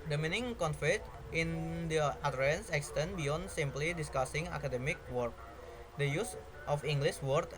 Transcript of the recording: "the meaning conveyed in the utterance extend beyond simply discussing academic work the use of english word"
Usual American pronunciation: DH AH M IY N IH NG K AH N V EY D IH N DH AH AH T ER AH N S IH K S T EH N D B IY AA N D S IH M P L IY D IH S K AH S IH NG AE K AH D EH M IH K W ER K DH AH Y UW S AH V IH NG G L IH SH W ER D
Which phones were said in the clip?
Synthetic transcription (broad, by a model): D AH M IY N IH NG K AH N F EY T IH N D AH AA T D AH N S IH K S T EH N B IY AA N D S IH M P L IY D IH S K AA S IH NG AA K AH D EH M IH K W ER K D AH Y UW S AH F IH NG G L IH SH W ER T